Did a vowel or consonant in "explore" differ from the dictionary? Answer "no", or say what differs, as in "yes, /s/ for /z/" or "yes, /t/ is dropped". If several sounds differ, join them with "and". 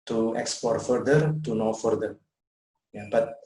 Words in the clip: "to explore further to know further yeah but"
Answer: yes, /l/ is dropped